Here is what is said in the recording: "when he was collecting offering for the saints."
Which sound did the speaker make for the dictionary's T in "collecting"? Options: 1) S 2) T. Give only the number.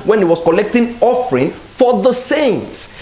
2